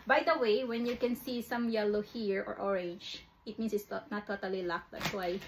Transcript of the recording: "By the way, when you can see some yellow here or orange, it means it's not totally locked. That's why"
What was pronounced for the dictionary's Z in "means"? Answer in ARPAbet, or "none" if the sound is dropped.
S